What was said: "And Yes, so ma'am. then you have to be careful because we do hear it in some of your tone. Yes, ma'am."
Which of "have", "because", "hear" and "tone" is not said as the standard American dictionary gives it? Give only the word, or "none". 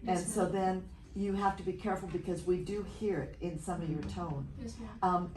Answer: have